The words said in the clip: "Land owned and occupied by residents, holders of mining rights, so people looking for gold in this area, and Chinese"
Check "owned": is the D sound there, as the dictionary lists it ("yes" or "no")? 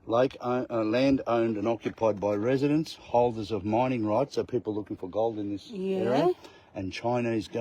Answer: yes